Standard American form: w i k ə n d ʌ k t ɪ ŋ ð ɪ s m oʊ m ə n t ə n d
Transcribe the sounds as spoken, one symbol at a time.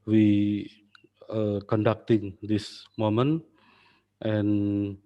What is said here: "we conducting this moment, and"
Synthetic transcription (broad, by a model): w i k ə n d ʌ k t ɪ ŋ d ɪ s m oʊ m ə n t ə n